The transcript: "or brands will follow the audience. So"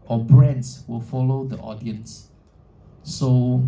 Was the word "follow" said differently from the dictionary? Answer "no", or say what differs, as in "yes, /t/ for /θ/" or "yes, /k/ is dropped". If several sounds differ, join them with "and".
no